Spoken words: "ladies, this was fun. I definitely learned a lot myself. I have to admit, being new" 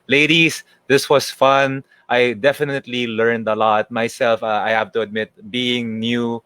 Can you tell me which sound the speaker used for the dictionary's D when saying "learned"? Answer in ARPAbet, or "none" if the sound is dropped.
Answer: D